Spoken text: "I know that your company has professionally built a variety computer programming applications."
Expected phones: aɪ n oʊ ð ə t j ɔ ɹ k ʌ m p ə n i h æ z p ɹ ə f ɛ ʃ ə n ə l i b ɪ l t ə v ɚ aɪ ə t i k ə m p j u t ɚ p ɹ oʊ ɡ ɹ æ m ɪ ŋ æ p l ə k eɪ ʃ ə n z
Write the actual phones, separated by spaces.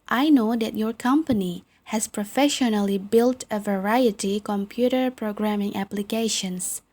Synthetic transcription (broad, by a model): aɪ n oʊ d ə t j ɔ ɹ k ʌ m p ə n i h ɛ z p ɹ ə f ɛ ʃ ə n ə l i b ɪ l t ə v ɚ aɪ ə t i k ə m p j u t ɚ p ɹ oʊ ɡ ɹ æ m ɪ ŋ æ p l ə k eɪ ʃ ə n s